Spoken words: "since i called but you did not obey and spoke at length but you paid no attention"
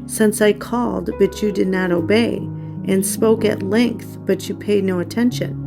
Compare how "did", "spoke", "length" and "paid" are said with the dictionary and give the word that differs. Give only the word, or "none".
none